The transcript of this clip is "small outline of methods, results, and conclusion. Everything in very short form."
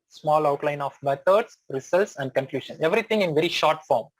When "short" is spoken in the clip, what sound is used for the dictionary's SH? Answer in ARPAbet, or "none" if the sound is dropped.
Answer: SH